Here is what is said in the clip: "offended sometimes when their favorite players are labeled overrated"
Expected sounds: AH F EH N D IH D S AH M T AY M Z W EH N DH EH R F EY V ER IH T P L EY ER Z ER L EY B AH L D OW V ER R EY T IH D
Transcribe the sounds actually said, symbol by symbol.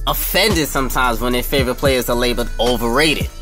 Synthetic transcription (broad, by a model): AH F EH N D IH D S AH M T AY M Z W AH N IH F EY V ER IH T P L EY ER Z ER L EY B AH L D OW V ER R EY T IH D